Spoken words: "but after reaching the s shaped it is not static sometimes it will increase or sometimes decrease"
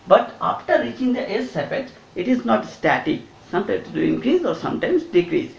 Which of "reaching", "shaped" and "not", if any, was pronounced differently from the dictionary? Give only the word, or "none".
shaped